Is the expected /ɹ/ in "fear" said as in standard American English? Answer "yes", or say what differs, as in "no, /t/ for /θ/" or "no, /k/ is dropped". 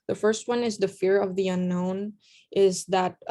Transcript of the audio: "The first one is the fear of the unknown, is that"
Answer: yes